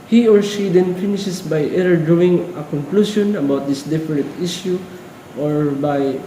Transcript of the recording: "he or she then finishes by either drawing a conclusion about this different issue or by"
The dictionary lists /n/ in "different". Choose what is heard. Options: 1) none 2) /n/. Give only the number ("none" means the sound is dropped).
1